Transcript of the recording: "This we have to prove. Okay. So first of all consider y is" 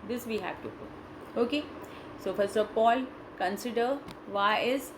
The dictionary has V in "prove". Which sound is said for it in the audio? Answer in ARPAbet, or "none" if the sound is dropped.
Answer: none